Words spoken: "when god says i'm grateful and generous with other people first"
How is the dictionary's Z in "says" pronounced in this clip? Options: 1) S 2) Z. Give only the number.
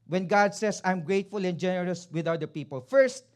1